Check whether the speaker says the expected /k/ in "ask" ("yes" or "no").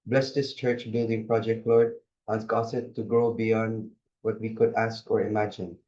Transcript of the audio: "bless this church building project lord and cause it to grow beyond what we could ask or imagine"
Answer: yes